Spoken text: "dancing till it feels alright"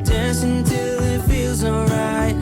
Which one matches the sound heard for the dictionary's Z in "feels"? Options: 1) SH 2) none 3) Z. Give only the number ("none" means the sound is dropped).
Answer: 3